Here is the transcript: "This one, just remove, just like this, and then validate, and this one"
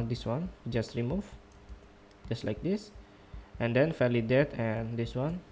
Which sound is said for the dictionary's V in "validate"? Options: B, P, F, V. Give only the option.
F